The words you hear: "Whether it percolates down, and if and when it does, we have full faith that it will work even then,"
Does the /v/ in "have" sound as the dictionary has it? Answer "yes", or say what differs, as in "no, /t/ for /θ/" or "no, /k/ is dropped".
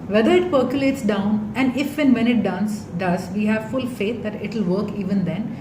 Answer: yes